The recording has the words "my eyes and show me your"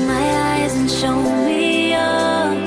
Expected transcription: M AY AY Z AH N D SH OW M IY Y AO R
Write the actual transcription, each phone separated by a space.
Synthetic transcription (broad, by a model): M AY AY Z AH N SH OW M IY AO